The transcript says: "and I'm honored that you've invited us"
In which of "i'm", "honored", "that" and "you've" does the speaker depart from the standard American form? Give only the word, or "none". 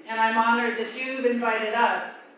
you've